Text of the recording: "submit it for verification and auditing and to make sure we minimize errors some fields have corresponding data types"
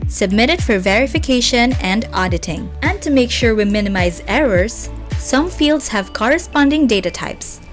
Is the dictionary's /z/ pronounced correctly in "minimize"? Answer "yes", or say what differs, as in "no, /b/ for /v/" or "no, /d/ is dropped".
yes